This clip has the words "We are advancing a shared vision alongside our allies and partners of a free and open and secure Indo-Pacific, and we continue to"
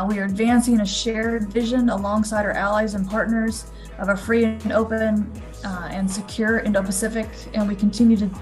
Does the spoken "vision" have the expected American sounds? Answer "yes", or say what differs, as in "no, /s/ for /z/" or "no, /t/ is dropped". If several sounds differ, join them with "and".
yes